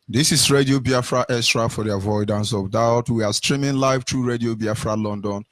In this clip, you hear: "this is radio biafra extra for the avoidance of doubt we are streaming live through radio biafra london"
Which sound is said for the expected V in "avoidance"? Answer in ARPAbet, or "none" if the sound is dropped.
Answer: V